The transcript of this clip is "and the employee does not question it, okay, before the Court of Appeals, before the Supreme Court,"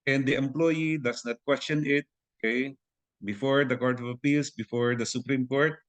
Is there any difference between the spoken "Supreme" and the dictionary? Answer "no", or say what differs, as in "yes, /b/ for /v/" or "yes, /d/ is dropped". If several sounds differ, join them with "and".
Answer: no